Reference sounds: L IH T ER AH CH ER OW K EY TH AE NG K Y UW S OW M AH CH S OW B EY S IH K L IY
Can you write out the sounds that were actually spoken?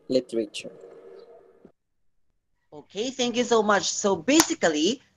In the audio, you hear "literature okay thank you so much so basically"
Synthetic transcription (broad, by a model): L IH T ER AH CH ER OW K EY TH AE NG K Y UW S OW M AH CH S OW B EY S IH K L IY